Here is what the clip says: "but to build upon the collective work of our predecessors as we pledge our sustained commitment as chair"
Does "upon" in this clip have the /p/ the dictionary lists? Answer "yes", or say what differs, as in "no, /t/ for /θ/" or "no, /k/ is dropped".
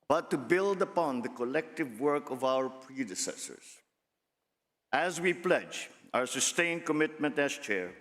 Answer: yes